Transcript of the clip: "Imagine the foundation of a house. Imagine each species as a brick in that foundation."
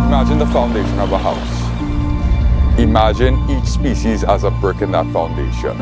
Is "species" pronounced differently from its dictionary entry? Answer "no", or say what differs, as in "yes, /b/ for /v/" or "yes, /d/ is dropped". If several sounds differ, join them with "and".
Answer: no